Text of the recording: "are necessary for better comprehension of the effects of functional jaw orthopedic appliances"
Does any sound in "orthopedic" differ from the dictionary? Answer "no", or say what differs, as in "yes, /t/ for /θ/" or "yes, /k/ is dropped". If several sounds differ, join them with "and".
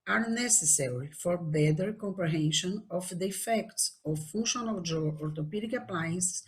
yes, /t/ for /θ/